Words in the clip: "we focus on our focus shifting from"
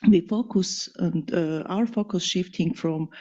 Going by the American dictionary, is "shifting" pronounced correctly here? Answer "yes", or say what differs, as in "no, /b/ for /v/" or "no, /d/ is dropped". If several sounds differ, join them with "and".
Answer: yes